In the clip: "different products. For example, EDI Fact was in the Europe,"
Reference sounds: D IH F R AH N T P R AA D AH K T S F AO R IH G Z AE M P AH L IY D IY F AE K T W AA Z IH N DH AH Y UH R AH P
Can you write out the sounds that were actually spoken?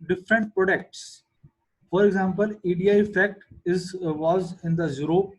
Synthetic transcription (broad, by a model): D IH F R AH N T P R AA D AH K T S F AO R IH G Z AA M P AH L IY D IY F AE K T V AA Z IH N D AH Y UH R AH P